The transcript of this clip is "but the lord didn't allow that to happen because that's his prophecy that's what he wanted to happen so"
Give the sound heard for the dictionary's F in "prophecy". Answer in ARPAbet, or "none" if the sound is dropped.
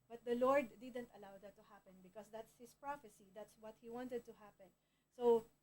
F